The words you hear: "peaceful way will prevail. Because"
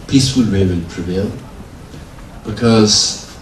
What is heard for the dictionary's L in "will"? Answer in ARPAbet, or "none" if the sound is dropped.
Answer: N